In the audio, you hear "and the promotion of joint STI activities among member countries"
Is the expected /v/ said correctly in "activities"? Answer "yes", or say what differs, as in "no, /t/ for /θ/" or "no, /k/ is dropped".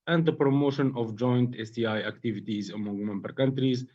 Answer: yes